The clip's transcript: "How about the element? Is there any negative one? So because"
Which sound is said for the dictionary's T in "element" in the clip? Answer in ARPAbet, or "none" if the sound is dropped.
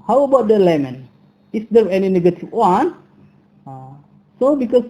none